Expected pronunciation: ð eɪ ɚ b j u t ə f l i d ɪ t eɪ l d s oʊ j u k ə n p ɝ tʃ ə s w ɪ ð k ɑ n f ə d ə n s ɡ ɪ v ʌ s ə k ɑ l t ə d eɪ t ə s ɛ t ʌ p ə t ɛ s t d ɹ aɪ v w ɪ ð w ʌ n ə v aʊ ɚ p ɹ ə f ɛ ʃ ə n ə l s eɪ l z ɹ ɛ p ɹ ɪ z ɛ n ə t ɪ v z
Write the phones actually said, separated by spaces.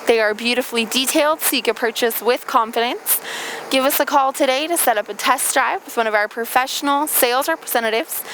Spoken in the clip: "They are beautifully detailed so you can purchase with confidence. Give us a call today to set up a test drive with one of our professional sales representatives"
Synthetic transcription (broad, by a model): ð eɪ ɚ b j u t ə f l i d ɪ t eɪ l d s oʊ j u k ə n p ɝ tʃ ə s w ɪ ð k ɑ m f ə d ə n s ɡ ɪ v ʌ s ə k ɑ l t ə d eɪ t ə s ɛ t ʌ p ə t ɛ s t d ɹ aɪ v w ɪ ð w ʌ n ə v aʊ ɚ p ɹ ə f ɛ ʃ ə n ə l s eɪ l z ɹ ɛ p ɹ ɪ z ɛ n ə t ɪ v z